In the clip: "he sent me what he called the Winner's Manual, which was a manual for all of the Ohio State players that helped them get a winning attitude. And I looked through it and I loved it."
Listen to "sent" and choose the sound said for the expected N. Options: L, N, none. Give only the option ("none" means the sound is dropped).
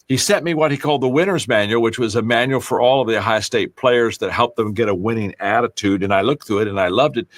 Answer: none